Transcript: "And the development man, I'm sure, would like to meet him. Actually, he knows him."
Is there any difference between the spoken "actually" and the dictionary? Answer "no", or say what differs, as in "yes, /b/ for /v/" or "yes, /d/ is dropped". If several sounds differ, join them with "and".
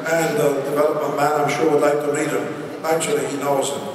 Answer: no